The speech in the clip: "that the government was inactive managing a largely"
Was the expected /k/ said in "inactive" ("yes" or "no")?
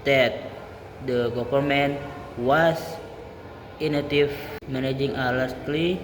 no